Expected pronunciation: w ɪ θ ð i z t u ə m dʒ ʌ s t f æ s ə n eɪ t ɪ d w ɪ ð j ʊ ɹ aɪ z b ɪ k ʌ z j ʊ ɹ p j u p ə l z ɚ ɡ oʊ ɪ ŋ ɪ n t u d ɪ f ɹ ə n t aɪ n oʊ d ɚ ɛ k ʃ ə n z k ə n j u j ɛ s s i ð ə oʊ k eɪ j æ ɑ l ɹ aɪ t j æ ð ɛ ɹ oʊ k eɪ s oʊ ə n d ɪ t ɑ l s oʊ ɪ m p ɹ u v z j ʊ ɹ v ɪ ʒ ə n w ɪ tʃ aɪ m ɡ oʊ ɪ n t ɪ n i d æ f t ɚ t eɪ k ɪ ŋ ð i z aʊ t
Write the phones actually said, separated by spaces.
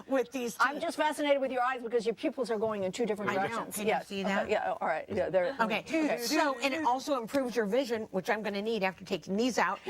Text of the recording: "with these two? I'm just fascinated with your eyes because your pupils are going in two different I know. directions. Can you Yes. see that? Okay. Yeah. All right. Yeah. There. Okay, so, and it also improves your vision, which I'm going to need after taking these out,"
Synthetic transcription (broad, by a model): w ɪ ð i z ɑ ə m dʒ ʌ s t f æ s ə n eɪ t ɪ d w ɪ ð j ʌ ɹ aɪ z b ɪ k ʌ z j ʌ ɹ p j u p l z ɚ ɡ oʊ ɪ ŋ ɪ n t u d ɪ f ɹ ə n aɪ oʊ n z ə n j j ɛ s s i ð ə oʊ j æ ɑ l ɹ aɪ t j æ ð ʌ ɹ oʊ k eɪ s oʊ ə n ɪ t ɑ l s oʊ ɪ m p ɹ u v z j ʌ ɹ v ɪ ʒ ə n w ɪ tʃ aɪ m ɡ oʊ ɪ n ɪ n i d æ f t ɚ t eɪ ɪ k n i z aʊ t